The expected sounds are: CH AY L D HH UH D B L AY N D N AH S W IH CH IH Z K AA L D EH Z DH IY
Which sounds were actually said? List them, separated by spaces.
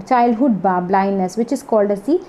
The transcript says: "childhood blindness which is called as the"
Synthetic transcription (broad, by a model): CH AY L D HH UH D B L AY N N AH S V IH CH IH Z K AA L D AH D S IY